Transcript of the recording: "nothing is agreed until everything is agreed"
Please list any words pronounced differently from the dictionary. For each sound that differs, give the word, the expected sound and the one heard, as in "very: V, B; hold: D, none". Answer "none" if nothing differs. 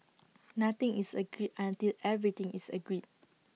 nothing: TH, T; everything: TH, T; is: Z, S